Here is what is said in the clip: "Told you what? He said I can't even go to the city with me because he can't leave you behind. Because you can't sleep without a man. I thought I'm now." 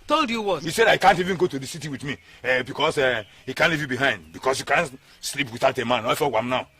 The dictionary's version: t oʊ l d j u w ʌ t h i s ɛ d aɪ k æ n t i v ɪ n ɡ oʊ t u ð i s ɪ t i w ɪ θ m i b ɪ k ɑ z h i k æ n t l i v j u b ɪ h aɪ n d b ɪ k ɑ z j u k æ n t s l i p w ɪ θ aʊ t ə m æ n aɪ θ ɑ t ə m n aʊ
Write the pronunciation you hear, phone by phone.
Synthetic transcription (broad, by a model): t oʊ l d j u w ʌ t h i s ɛ d aɪ k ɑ n t i v ɪ n ɡ oʊ t u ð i s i t i w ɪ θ m i b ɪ k ɑ s h i k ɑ n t l i v j u b ɪ h aɪ n d b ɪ k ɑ s j u k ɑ n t s l i p w ɪ θ aʊ t ə m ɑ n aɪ f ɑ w ə m n aʊ